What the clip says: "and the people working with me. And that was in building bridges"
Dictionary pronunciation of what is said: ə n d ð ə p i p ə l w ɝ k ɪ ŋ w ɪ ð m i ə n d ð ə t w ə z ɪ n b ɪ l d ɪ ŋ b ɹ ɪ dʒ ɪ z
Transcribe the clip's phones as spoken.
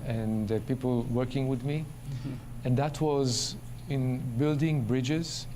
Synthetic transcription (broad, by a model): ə n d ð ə p i p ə l w ɝ k ɪ ŋ w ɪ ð m i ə n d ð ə t w ə z ɪ n b ɪ l d ɪ ŋ b ɹ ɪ dʒ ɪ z